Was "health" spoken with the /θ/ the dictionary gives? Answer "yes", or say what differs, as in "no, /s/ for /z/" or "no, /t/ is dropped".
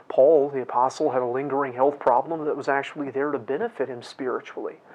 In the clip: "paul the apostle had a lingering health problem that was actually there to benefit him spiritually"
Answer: yes